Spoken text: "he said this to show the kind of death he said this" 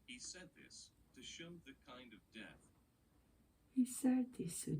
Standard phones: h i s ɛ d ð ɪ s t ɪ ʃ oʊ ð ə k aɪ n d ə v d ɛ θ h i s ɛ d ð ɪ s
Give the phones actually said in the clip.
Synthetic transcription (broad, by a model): h i s ɛ d ð ɪ s t ɪ ʃ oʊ ð ə k aɪ n d ə v d ɛ θ h i s ɛ d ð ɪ s